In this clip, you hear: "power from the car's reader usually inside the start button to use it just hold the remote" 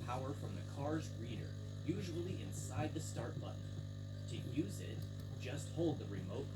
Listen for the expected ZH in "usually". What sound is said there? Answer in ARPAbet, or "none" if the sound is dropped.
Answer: ZH